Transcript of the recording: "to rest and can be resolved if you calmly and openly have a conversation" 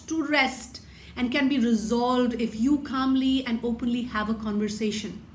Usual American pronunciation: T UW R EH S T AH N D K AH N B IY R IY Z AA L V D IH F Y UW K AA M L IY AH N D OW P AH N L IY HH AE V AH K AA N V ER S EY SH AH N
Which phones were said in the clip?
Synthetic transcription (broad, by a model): T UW R EH S T AH N D K AH N B IY R IY Z AA L V D IH F Y UW K AA M L IY AH N D OW P AH N L IY HH AE V AH K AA N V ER S EY SH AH N